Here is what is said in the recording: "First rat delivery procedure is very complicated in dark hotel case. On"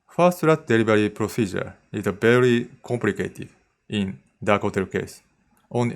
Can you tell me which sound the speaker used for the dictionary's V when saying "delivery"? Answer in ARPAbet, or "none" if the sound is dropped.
B